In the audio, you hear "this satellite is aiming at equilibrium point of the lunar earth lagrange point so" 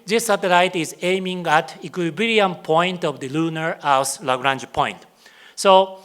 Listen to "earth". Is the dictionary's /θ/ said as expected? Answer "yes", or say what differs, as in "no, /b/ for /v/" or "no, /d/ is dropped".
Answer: no, /s/ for /θ/